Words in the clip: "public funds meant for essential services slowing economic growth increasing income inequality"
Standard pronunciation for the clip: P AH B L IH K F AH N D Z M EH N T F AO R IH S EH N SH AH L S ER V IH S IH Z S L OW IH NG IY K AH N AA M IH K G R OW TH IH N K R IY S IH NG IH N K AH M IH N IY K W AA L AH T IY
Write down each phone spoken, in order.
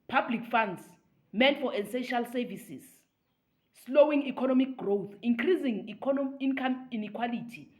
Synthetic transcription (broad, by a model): P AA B L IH K F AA N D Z M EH N F AO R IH S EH SH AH L S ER V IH S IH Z S L OW IH NG IY K AH N AA M IH K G R OW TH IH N K R IY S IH NG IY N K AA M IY N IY K W AA L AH T IY